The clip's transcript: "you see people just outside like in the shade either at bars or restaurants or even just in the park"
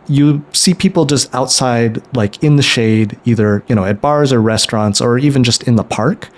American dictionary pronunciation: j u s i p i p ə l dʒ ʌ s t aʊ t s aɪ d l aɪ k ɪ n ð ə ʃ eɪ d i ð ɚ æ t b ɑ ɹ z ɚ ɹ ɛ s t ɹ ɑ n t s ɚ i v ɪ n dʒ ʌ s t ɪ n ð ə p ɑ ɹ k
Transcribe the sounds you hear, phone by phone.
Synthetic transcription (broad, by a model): j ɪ s i p i p l dʒ ʌ s t aʊ t s aɪ d l aɪ k ɪ n ð ə ʃ eɪ d i ð ɚ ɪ t b ɑ ɹ z ɚ ɹ ɛ s t ɹ ɑ n t s ɚ i v ɪ n dʒ ʌ s t ɪ n ð ə p ɑ ɹ k